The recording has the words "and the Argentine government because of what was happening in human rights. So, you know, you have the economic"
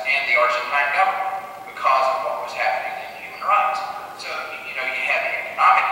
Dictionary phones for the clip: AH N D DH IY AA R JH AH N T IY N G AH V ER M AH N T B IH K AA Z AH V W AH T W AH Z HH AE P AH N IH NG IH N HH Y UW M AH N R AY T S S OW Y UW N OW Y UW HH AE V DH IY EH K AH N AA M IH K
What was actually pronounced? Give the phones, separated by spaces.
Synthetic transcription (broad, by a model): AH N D DH IY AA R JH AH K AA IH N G AH V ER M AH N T B IH K AA Z AH V W AH T W AH Z HH AE P AH N IH NG IH N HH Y UW M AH N R AY T S S OW Y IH N OW Y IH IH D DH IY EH K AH N AA M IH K